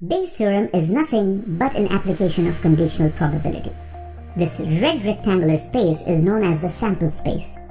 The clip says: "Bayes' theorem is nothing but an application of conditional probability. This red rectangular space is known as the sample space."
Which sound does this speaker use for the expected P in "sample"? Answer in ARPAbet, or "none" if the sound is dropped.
P